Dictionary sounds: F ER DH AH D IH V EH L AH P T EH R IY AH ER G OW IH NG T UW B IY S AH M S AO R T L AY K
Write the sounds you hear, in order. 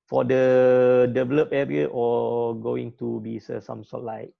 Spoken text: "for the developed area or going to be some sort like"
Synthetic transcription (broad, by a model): F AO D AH D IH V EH L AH P EH R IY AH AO G OW IH NG T UW B IY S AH M S AO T L AY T